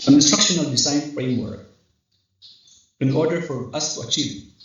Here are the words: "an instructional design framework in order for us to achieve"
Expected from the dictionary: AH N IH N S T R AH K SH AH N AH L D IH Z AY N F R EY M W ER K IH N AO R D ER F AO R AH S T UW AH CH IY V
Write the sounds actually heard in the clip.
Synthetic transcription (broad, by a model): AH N IH N S T R AH K SH AH N AH L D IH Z AY N F R EY M W ER K IH N AO R D ER F AO R AH S T UW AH CH IY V